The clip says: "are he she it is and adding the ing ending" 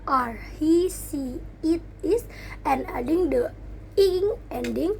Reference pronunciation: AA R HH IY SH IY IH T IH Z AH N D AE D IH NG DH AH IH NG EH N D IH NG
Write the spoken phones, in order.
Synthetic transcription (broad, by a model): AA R HH IY S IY IH T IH S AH N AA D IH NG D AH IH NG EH N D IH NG